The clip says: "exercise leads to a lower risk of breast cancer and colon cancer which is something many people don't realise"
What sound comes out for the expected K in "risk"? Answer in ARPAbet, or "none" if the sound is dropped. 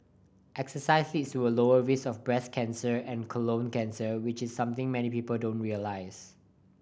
none